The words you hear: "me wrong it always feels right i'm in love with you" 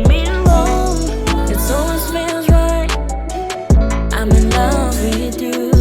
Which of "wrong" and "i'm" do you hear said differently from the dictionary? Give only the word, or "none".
wrong